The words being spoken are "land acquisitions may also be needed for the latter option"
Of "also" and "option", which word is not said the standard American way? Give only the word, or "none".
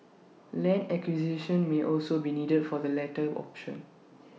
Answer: none